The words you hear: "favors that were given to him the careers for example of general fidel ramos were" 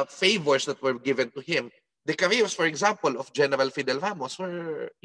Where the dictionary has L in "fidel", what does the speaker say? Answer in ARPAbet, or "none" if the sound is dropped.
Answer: L